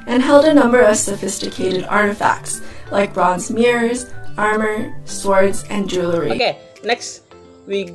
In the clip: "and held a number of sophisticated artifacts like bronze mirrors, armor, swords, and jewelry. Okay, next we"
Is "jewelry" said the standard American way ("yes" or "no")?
yes